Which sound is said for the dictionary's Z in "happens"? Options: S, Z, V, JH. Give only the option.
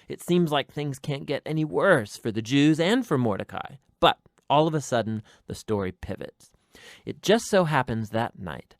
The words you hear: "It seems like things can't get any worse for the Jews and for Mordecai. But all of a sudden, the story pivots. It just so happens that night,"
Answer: Z